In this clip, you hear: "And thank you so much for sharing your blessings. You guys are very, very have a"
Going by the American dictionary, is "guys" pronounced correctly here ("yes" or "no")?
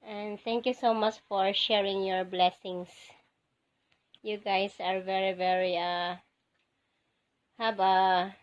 no